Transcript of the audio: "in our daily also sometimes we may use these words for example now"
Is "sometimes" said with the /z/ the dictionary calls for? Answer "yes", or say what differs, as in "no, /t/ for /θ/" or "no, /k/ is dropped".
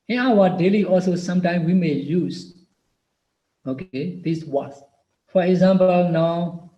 no, /z/ is dropped